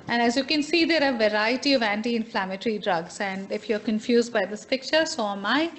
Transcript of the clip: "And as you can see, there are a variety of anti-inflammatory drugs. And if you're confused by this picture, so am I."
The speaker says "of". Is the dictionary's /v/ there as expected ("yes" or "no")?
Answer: yes